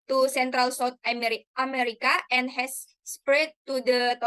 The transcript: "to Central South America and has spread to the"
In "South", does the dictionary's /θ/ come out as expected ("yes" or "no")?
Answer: no